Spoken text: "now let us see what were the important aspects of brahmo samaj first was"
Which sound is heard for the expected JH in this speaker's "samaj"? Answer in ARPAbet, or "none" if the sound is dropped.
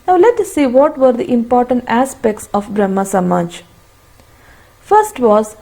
JH